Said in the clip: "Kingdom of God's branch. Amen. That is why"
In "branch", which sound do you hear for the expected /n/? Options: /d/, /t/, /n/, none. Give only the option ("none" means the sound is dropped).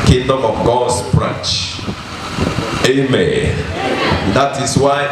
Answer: none